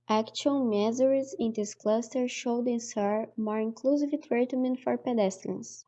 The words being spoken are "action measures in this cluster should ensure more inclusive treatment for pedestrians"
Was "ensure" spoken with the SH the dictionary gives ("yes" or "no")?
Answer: no